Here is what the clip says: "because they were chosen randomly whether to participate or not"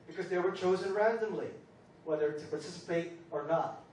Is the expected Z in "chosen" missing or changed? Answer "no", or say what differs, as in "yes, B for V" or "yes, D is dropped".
no